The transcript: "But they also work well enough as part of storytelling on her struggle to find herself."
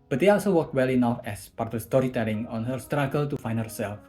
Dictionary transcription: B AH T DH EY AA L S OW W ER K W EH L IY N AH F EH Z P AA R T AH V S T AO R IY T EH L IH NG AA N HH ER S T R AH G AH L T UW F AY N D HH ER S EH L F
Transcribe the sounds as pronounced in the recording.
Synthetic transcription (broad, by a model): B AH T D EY AA L S OW W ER K W EH L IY N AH F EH S P AA R T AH S T AO R IY T EH L IH NG AA N HH ER S T R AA G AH L T UW F AY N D HH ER S EH L F